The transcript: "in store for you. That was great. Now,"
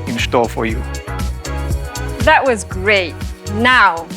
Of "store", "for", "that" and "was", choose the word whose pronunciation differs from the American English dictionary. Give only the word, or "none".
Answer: store